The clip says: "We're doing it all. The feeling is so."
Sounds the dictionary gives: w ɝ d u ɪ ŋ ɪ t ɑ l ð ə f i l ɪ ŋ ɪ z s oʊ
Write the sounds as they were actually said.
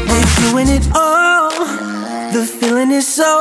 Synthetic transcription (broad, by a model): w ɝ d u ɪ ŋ ɪ t ɑ l ð ə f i l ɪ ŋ ɪ z s oʊ